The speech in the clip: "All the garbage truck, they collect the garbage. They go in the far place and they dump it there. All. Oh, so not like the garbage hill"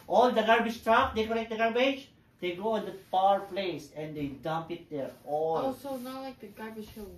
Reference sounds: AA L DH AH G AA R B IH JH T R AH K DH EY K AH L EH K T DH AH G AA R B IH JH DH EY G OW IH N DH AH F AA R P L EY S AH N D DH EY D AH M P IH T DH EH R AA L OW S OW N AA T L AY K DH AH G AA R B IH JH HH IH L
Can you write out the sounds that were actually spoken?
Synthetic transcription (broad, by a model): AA L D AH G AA R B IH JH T R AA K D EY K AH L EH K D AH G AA R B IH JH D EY G OW IH N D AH P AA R P L EY S AH N D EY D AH M P IH T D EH R AA L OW S OW N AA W L AY K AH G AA R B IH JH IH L